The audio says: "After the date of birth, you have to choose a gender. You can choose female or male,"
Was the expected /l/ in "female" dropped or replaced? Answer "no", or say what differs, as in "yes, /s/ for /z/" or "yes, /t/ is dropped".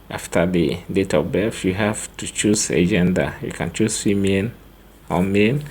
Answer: yes, /n/ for /l/